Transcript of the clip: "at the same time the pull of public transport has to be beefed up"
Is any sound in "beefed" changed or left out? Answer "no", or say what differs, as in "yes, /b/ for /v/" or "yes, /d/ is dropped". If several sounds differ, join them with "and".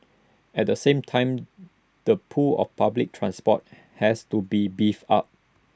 yes, /t/ is dropped